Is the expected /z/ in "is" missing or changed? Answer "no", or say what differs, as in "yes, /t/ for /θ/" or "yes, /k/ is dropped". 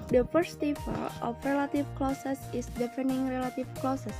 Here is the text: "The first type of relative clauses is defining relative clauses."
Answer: yes, /s/ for /z/